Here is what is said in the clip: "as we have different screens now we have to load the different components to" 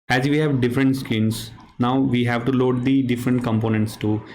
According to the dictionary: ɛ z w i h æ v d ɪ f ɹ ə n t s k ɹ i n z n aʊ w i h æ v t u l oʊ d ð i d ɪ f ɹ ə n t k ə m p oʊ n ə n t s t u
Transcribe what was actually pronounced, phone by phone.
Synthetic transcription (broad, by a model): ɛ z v i h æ v d ɪ f ɹ ə n t s k i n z n aʊ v i h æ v t u l oʊ d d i d ɪ f ɹ ə n t k ə m p oʊ n ə n t s t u